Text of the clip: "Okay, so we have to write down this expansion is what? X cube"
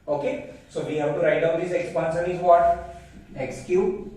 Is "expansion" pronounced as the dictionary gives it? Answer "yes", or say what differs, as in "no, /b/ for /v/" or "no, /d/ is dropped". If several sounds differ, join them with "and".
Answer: no, /s/ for /ʃ/